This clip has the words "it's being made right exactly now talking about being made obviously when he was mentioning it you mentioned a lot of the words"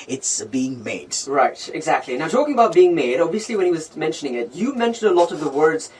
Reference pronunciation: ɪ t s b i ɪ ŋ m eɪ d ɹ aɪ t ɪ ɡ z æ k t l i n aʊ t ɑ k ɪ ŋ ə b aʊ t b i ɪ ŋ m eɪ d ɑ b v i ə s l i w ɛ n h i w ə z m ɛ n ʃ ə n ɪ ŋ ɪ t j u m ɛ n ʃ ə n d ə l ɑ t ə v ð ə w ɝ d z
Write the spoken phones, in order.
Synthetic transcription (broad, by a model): ɪ t s b i ɪ ŋ m eɪ d ɹ aɪ t ɪ ɡ z æ k t l i n aʊ t ɑ k ɪ ŋ ə b aʊ t b i ɪ ŋ m eɪ d ɑ b v i ə s l i w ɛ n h i w ə z m ɛ n ʃ ə n ɪ ŋ ɪ t j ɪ m ɛ n ʃ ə n d ə l ɑ t ə v ð ə w ɝ d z